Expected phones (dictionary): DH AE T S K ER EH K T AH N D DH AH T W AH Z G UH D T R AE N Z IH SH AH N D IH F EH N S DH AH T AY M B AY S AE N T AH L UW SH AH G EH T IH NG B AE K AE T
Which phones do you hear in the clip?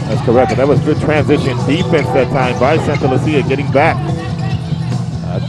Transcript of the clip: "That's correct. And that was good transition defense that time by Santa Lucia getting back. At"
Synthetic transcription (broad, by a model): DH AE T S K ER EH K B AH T DH AH T W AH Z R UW T R AE N Z IH SH AH N D IH F EH N S DH AH T AY M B AY S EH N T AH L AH S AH G EH T IH NG B AE K